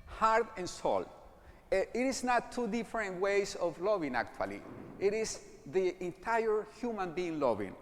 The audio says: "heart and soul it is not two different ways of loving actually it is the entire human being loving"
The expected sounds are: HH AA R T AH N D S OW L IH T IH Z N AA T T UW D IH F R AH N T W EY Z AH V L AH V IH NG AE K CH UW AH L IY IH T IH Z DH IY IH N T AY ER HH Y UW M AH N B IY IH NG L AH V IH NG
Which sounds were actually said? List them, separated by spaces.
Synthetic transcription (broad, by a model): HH AA R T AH N S OW L IH T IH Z N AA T T UW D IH F R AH N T W EY S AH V L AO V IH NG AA K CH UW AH L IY IH T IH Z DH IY IH N T AY ER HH Y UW M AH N B IY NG L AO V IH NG